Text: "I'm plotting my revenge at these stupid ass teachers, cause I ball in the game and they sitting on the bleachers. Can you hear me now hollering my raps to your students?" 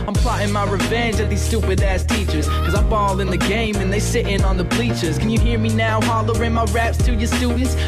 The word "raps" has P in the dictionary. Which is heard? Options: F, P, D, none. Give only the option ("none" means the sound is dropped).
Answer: P